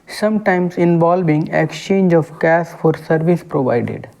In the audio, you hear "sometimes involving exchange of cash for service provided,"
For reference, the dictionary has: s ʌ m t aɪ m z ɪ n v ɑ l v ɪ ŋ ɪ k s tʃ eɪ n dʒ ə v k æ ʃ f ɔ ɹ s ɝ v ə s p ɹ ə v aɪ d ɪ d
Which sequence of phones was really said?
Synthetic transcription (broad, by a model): s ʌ m t aɪ m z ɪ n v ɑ l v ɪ ŋ ɪ k s tʃ eɪ n dʒ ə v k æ s f ɔ ɹ s ɝ v ə s p ɹ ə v aɪ d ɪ d